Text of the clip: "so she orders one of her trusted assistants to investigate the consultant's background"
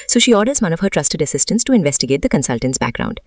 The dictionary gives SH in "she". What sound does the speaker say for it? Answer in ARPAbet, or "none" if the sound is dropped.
SH